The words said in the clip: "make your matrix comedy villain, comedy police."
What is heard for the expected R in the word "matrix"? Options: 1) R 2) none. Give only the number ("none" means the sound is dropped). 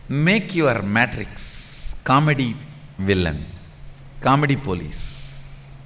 1